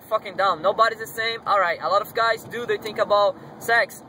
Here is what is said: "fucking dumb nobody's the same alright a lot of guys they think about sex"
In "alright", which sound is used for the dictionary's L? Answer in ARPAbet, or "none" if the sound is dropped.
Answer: L